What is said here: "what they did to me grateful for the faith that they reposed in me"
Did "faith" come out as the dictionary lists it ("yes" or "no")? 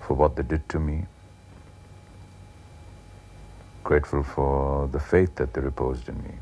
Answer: yes